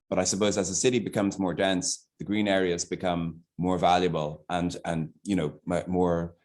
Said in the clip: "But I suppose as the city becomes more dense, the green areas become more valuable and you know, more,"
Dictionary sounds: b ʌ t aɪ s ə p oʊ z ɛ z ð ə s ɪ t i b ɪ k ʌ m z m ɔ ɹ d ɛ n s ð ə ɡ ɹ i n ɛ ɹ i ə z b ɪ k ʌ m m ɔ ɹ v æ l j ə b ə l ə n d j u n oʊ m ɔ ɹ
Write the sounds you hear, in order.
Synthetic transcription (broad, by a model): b ʌ t aɪ s ə p oʊ z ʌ z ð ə s ɪ t i b ɪ k ʌ m z m ɔ ɹ d ɛ n s ð ə ɡ ɹ i n ɛ ɹ i ə z b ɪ k ʌ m m ɔ ɹ v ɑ l j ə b ə l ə n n j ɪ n oʊ m ɔ ɹ